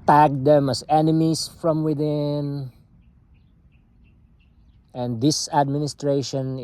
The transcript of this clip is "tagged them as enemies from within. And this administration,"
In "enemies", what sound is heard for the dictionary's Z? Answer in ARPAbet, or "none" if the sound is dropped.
S